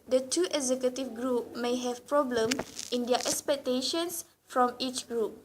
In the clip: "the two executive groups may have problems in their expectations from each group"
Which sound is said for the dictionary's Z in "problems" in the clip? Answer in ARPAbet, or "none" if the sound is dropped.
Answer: none